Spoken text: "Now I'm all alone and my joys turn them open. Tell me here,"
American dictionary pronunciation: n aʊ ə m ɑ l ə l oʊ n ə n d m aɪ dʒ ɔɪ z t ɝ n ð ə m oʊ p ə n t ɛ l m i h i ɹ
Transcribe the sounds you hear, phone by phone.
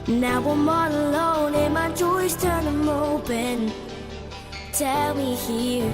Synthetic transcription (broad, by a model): n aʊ ə m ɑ n ə l oʊ n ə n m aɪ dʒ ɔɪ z t ɝ n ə m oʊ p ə n t ɛ l m i h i ɹ